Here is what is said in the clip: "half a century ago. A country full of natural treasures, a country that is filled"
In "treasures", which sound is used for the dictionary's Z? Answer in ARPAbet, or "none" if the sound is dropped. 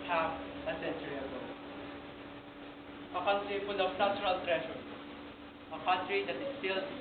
none